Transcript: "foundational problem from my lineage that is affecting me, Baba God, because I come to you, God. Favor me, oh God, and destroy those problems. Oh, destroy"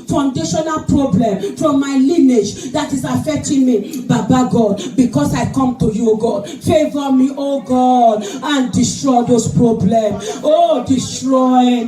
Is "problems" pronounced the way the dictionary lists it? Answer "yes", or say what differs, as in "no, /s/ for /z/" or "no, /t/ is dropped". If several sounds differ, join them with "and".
no, /z/ is dropped